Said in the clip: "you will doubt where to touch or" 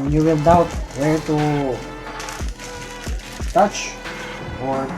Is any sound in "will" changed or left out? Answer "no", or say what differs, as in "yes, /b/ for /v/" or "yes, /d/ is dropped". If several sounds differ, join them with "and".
yes, /n/ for /l/